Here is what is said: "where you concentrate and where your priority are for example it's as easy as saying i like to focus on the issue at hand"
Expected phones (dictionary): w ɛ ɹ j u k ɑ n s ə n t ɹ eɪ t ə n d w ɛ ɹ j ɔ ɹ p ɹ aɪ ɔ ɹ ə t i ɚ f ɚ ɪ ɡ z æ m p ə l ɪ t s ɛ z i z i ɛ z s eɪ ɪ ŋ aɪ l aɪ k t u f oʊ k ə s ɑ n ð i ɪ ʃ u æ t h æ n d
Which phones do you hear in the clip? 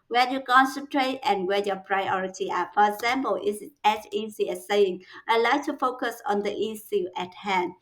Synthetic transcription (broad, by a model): w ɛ j u k ɑ n s ə n t ɹ eɪ t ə n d w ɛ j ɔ p ɹ aɪ ɔ ɹ ə t i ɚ f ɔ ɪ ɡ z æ m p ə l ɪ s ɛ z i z i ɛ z s eɪ ɪ ŋ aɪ l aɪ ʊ t u f oʊ k ə s ɑ n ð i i s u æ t h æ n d